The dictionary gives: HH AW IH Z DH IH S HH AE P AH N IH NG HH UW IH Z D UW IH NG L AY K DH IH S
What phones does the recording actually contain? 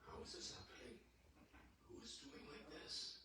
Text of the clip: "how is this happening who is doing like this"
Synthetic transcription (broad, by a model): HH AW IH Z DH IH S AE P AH IH HH UW IH Z D UW IH NG L AY K DH IH S